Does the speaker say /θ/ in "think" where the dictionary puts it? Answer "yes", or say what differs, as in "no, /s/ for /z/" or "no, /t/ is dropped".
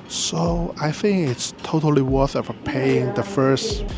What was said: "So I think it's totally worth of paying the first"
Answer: yes